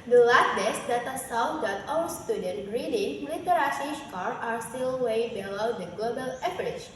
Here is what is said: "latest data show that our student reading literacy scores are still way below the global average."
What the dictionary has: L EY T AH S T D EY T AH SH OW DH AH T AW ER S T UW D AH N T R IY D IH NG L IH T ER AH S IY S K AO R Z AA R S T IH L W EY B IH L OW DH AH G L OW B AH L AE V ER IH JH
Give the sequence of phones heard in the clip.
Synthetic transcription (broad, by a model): L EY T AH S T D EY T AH S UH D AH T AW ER S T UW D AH N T R IY D IH NG L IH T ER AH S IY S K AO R AA R S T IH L W EY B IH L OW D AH G L OW B AH L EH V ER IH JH